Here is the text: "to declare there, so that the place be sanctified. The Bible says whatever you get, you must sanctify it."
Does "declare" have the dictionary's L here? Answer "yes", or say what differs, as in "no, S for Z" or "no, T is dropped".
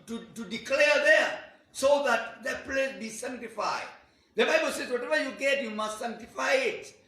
yes